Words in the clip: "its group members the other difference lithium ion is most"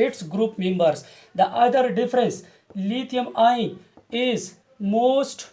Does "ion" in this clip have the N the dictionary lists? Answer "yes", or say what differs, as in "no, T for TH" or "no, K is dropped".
no, N is dropped